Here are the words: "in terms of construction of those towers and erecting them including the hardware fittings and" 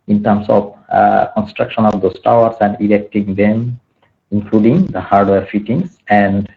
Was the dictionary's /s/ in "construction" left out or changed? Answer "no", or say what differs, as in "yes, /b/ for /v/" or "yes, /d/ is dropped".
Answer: no